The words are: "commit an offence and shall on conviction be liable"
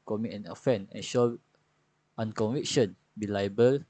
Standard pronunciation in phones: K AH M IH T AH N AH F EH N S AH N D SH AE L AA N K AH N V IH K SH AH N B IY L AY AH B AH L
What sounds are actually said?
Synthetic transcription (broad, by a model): K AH M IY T AH N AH F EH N AH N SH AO AA N K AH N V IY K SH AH N B IY L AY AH B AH L